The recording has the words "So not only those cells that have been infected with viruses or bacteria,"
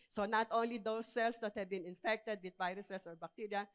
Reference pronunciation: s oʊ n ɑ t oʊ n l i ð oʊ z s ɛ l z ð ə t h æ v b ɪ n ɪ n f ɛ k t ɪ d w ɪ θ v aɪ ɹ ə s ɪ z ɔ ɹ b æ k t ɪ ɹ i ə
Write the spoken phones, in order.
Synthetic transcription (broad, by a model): s oʊ n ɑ t oʊ n l i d oʊ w s ɛ l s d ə t h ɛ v b ɪ n ɪ n f ɛ k t ɪ d w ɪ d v aɪ ɹ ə s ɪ s ɔ ɹ b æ k t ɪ ɹ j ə